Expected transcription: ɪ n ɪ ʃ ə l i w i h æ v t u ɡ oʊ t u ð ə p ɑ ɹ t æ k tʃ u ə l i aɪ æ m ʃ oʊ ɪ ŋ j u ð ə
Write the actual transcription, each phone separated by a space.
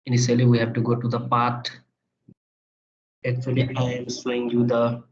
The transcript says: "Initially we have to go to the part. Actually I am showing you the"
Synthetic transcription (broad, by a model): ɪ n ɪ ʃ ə l i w i h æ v t u ɡ oʊ t u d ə p ɑ ɹ t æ k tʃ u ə l i aɪ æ m s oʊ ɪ ŋ j u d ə